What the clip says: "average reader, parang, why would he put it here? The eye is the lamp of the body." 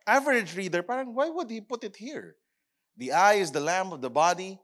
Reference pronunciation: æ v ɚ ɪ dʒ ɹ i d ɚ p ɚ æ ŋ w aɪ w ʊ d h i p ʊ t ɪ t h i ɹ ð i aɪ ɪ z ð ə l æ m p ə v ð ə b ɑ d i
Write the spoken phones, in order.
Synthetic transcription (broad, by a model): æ v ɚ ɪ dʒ ɹ i d ɚ p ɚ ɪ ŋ w aɪ w ʊ d h i p ʊ t ɪ t h i ɹ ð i aɪ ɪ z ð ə l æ m ə v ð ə b ɑ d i